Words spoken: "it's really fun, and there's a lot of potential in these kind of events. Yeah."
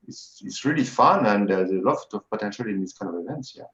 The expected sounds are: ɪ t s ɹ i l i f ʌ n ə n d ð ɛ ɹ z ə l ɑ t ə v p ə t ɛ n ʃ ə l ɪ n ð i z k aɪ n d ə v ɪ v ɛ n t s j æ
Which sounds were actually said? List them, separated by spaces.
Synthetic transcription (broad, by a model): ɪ t s ɹ i l i f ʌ n ə n d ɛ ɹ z ə l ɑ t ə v p ə t ɛ n ʃ ə l ɪ n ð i s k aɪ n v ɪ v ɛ n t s j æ